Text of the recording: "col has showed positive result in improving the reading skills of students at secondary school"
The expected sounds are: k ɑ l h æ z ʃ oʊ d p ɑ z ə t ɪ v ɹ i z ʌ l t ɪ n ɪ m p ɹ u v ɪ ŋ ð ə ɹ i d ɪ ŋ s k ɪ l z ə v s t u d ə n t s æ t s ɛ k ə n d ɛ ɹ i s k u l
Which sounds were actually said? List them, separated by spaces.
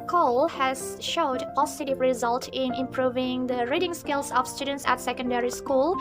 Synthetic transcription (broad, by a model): k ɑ l h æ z ʃ oʊ d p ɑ s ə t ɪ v ɹ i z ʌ l t ɪ n ɪ m p ɹ u v ɪ ŋ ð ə ɹ i d ɪ ŋ s k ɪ l s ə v s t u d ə n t s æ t s ɛ k ə n d ɛ ɹ i s k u l